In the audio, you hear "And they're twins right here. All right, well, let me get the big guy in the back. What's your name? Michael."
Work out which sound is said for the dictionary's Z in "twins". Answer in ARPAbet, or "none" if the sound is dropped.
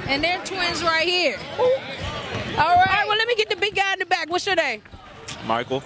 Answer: Z